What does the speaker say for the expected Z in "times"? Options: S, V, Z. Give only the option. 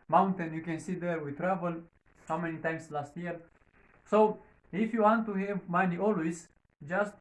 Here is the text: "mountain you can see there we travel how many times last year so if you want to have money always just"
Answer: S